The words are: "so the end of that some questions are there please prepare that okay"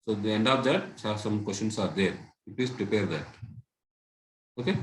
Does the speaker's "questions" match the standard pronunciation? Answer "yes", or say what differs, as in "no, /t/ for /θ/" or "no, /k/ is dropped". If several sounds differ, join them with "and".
no, /s/ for /z/